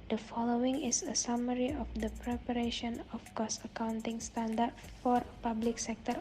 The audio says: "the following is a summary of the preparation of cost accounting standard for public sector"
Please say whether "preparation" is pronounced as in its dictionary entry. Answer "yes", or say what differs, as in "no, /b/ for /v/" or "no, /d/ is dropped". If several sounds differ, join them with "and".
yes